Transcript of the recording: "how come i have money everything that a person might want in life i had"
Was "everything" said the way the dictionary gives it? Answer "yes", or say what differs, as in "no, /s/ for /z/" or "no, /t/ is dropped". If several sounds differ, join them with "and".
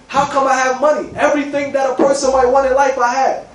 yes